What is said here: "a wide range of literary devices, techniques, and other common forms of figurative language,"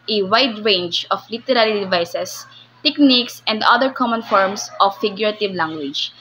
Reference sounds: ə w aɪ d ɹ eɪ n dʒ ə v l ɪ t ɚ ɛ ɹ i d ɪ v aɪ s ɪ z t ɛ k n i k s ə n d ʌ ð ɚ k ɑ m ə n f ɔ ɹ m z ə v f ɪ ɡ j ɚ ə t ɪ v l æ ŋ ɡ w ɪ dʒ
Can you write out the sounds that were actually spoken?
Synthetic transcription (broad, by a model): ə w aɪ d ɹ eɪ n dʒ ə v l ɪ t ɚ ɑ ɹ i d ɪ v aɪ s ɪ s t ɛ k n i k s ə n d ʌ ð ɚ k ɑ m ə n f ɔ ɹ m s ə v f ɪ ɡ j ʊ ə t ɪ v l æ ŋ ɡ w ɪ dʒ